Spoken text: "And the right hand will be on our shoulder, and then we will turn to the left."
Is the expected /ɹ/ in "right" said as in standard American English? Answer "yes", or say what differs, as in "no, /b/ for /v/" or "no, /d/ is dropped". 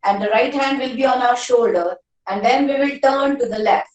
yes